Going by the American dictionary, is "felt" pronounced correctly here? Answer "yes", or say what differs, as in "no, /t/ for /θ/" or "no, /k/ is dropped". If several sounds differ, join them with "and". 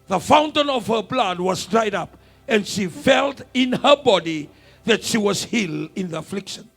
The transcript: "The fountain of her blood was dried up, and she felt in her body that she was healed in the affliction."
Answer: yes